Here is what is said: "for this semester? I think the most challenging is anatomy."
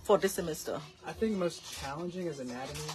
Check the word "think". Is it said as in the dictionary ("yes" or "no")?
yes